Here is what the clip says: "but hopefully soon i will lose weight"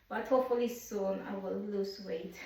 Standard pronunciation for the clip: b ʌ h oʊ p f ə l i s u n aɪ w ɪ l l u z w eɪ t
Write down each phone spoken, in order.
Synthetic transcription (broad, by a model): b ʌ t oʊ f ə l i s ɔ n aɪ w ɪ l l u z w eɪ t